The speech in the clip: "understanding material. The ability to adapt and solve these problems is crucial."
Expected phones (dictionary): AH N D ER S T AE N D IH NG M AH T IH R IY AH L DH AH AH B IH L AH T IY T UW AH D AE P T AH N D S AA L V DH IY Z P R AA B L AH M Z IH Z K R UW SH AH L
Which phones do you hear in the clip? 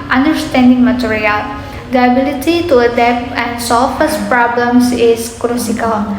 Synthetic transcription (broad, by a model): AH N D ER S T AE N D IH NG M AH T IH R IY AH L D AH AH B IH L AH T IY T UW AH D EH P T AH N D S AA L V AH S P R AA B L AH M S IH S K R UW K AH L